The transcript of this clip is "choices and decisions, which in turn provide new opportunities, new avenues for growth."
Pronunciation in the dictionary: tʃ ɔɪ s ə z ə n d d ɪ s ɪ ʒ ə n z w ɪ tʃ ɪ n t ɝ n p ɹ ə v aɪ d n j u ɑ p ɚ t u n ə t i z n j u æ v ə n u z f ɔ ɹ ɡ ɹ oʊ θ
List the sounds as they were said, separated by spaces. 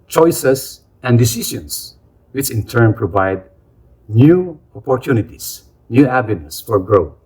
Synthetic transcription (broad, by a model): tʃ ɔɪ s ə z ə n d d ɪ s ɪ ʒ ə n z w ɪ tʃ ɪ n t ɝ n p ɹ ə v aɪ d n j u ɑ p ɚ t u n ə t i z n j u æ b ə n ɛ s f ɔ ɹ ɡ ɹ oʊ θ